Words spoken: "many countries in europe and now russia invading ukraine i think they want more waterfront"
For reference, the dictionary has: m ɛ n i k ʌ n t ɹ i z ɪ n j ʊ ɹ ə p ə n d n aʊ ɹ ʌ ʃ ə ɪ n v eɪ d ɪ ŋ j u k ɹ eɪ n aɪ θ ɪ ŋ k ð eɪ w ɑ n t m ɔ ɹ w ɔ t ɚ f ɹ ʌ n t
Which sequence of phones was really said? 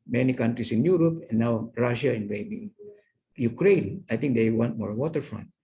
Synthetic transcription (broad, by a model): m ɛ n i k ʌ n t ɹ i s ɪ n j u ɹ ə p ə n n aʊ ɹ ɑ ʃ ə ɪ n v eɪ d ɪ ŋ j u k ɹ eɪ n aɪ t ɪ ŋ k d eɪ w ɑ n t m ɔ ɹ w ɔ t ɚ f ɹ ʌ n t